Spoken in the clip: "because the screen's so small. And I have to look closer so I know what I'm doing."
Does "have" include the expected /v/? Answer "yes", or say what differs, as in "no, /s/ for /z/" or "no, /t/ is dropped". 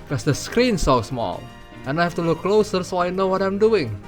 no, /f/ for /v/